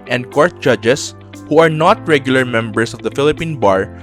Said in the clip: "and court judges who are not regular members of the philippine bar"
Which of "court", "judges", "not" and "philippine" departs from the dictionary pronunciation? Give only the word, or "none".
judges